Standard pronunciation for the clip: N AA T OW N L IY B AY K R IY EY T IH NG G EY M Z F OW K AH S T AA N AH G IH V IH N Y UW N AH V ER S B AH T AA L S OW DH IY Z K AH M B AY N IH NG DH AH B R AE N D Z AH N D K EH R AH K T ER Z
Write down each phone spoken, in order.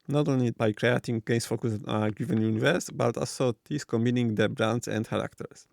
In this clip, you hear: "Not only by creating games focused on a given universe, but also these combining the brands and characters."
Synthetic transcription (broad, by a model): N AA T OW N L IY B AY K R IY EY T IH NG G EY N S F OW K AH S AA N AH G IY V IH N Y UW N AH V ER S B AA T AA L S OW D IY S K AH M B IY N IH NG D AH B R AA N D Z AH N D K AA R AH K T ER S